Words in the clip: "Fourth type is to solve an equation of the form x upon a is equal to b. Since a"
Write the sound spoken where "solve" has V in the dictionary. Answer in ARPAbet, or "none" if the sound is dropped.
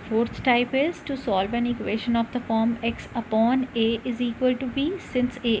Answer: V